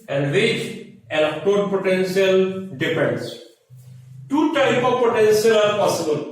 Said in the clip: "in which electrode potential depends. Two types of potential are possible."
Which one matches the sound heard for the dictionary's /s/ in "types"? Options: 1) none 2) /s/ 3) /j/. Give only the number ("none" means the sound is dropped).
1